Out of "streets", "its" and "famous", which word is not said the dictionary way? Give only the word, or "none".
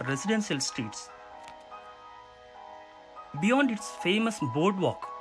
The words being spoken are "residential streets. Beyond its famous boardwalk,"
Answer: streets